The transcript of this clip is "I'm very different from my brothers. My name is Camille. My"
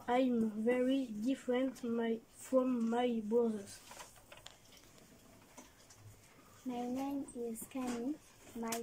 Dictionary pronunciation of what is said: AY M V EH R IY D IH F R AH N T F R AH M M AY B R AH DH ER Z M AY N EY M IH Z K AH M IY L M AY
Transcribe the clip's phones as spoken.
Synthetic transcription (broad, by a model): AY M V EH R IY D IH F R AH N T F R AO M M AY B AH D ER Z M AY N EY M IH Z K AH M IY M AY